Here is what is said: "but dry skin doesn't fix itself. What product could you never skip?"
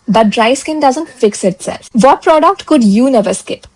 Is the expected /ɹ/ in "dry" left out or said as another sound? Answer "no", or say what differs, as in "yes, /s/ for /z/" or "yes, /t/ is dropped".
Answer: no